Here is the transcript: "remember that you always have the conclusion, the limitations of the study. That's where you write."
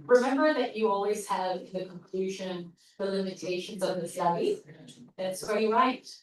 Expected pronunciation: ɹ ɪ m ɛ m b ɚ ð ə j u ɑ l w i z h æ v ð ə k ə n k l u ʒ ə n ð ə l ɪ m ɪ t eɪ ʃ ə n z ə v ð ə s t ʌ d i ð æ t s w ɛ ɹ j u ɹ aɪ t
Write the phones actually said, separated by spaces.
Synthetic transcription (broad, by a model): ɹ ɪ m ɛ m b ɚ ð ə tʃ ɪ ɑ l w i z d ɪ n ð ə k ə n k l u ʒ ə n ð ə l ɪ m ɪ t eɪ ʃ ə n z ə v ð ə s t ʌ d i ð æ t s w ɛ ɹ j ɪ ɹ aɪ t